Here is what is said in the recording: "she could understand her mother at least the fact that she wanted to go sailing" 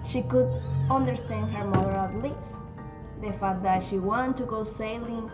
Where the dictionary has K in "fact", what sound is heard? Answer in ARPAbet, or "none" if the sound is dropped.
none